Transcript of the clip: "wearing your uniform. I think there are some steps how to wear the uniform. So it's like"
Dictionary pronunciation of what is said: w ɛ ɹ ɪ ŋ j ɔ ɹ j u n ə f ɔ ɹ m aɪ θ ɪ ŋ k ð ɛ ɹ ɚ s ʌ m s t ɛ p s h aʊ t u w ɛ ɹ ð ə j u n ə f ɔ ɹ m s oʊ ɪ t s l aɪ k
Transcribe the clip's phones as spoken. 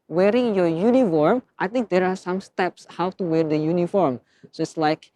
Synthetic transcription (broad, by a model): w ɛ ɹ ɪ ŋ j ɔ j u n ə f ɔ ɹ m aɪ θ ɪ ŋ k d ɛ ɹ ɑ s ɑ m s t ɛ p s h aʊ t u w ɛ ɹ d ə j u n ə f ɔ ɹ m s oʊ ɪ t s l aɪ k